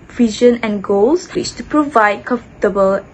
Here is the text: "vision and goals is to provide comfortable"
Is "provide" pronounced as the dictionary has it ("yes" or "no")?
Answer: yes